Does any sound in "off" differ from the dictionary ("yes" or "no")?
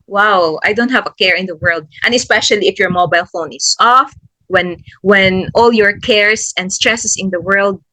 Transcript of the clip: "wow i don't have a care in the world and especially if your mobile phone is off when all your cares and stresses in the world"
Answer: no